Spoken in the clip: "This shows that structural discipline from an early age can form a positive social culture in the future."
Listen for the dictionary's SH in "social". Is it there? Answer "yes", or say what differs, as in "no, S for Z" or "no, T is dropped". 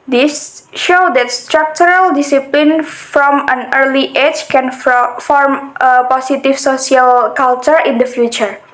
no, S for SH